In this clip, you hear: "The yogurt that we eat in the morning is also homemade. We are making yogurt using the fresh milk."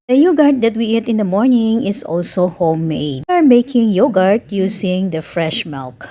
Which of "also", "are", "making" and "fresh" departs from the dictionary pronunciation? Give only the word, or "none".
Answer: none